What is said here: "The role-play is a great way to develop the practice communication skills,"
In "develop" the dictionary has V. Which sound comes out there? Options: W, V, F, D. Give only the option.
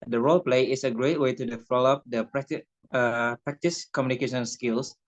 F